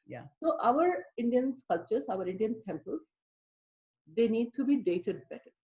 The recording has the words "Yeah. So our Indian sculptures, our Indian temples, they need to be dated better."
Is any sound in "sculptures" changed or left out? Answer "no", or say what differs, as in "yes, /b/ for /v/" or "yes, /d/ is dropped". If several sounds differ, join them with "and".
yes, /p/ is dropped